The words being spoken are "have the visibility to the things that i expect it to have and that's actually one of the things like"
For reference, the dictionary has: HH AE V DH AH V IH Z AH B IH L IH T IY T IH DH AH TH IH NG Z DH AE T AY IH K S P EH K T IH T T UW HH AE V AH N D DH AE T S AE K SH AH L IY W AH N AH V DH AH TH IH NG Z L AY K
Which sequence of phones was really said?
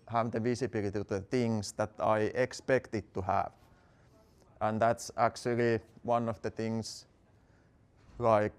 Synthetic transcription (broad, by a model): HH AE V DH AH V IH S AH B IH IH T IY T IH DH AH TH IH NG S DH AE T AY IH K S P EH K T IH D T UW HH AE V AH N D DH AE T S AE K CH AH L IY W AH N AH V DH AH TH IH NG S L AY K